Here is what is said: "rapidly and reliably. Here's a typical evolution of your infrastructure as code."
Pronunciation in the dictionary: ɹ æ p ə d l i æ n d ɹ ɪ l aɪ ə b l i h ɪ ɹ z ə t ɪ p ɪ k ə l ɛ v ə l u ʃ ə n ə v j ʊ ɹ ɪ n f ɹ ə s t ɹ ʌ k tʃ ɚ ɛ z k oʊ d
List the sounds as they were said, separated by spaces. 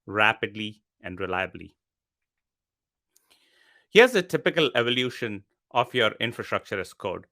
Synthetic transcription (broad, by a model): ɹ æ p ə d l i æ n d ɹ ɪ l aɪ ə b l i h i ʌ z ə t ɪ p ɪ k ə l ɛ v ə l u ʃ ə n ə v j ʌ ɹ ɪ n f ɹ ə s t ɹ ʌ k tʃ ɚ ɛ s k oʊ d